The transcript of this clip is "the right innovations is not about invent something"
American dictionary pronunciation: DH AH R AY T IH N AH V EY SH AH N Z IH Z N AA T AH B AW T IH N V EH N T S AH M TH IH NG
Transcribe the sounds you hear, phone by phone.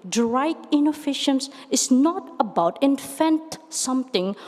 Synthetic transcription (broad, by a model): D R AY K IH N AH F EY SH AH N S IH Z N AA T AH B AW T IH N F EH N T S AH M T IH NG